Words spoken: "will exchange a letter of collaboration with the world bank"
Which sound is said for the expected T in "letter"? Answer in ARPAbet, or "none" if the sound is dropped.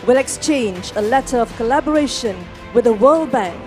T